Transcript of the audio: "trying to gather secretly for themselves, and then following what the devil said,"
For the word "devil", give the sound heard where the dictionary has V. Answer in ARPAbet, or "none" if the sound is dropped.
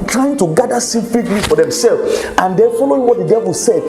V